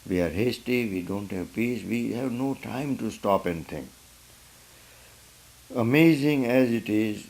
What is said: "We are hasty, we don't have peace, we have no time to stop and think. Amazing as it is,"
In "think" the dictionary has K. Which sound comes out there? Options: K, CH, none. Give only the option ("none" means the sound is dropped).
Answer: none